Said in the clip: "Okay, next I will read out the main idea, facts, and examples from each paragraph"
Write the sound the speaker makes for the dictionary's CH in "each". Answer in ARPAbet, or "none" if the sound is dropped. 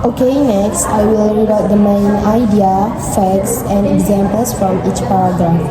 CH